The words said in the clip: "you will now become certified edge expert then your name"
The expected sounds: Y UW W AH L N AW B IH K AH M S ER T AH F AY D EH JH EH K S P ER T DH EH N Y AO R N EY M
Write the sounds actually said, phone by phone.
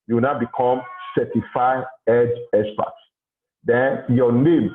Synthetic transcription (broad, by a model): Y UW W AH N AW B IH K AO M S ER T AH F AY EH JH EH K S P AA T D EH N Y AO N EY M